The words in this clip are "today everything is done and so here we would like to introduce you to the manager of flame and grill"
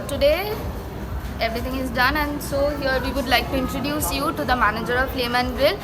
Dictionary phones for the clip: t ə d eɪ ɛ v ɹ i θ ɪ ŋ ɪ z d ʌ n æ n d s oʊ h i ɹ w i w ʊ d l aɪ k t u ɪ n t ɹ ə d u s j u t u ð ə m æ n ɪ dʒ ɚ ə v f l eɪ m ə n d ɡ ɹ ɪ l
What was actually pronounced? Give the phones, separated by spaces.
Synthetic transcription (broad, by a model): t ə d eɪ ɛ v ɹ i t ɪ ŋ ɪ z d ʌ n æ n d s oʊ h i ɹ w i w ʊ d l aɪ k t u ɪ n t ɹ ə d u s j u t u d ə m æ n ɪ dʒ ɚ ə v p l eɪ m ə n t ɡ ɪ l